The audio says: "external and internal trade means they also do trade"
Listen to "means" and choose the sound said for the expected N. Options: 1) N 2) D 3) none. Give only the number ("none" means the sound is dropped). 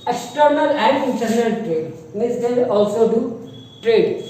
3